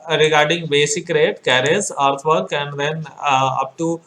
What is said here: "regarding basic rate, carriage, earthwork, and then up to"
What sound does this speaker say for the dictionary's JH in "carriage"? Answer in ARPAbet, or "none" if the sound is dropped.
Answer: Z